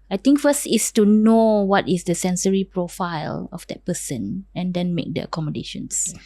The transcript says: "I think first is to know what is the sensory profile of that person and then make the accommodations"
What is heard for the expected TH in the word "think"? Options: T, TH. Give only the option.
T